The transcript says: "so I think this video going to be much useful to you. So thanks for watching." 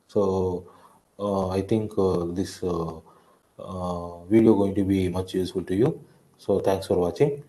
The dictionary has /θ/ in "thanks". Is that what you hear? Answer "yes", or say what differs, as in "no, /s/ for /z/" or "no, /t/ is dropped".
no, /t/ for /θ/